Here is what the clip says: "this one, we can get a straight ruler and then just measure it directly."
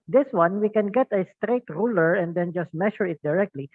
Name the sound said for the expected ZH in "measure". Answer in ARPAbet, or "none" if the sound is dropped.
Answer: SH